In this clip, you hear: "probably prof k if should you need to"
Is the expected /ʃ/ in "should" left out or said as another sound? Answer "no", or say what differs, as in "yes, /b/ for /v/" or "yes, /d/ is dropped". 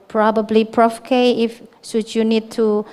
yes, /s/ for /ʃ/